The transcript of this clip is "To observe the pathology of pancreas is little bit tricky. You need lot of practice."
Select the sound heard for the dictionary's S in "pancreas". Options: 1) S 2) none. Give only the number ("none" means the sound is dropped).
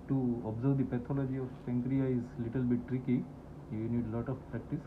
2